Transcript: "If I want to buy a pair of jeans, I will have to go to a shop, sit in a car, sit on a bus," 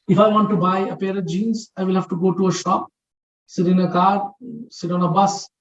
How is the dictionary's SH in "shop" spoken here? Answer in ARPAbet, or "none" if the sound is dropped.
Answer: SH